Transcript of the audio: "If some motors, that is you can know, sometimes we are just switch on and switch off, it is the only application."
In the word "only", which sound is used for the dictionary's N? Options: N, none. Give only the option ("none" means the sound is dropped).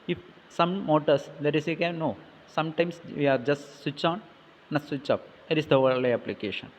none